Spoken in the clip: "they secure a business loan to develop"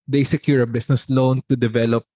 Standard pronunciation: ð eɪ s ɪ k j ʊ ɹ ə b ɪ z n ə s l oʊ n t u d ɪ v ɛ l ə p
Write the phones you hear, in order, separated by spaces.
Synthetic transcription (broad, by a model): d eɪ s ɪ k j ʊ ɹ ə b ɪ s n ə s l oʊ n t u d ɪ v ɛ l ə p